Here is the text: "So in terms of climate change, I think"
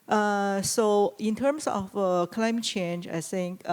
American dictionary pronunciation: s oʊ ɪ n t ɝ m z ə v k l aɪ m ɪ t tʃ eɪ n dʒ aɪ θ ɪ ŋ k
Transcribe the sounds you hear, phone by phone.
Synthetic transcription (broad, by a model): s oʊ ɪ n t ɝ m s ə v k l aɪ m ɪ t tʃ eɪ n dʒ aɪ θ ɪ ŋ k